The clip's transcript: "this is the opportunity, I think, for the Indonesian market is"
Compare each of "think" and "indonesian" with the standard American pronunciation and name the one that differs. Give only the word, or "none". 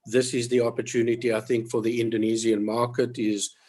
indonesian